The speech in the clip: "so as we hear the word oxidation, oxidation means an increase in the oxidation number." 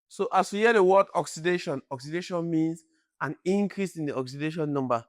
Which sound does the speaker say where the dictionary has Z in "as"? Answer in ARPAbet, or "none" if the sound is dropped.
S